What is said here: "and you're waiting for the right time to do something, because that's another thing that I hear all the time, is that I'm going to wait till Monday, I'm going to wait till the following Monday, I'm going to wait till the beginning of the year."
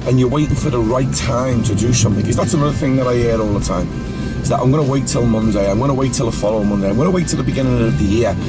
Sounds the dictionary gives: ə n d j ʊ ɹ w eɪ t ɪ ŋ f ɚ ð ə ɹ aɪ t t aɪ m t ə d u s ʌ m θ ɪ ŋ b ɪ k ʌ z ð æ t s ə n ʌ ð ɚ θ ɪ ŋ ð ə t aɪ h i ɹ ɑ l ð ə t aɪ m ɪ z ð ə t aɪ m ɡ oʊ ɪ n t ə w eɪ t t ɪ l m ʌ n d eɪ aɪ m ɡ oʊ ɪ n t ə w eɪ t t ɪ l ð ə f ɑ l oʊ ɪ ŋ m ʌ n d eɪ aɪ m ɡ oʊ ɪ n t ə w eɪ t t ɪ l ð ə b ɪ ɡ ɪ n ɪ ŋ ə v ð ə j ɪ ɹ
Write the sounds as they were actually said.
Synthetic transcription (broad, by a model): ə n j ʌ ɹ w eɪ t ɪ ŋ f ɚ ð ə ɹ aɪ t t aɪ m t ə d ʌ s ʌ m θ ɪ ŋ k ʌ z ð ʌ t s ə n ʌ ð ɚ θ ɪ ŋ ð ə t aɪ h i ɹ ɑ l ð ə t aɪ m ɪ z ð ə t aɪ m ɡ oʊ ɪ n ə w eɪ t t ɪ l m ʌ n d eɪ aɪ m ɡ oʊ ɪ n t ə w eɪ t t ɪ l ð ə f ɑ l oʊ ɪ m ʌ n d eɪ aɪ m ɡ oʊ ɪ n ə w eɪ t t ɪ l ð ə b ɪ ɡ ɪ n ɪ ŋ ə v ð ə j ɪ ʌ